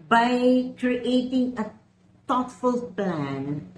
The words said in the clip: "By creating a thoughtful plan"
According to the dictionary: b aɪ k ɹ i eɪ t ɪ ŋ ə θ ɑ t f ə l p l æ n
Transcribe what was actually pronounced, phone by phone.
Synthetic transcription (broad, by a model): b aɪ k ɹ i eɪ t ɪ ŋ ə t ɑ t f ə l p l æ n